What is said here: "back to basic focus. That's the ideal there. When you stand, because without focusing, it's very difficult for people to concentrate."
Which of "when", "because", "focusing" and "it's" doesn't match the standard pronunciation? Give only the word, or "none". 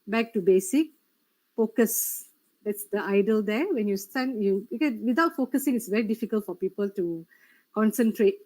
because